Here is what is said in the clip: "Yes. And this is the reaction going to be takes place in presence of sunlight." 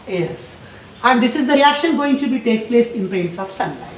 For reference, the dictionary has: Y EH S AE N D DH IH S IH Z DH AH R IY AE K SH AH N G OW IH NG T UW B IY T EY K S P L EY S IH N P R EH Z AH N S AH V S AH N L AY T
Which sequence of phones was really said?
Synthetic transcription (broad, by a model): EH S AE N D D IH S IH Z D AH R IY AE K SH AH N G OW IH NG T UW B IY T EY K S P L EY S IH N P R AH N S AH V S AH N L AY